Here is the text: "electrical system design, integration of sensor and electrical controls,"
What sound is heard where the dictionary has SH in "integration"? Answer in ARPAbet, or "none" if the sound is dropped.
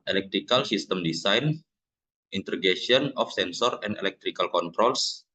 none